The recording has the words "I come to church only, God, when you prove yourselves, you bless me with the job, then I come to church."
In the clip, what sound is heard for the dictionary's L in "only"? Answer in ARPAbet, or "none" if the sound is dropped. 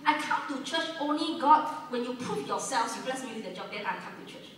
L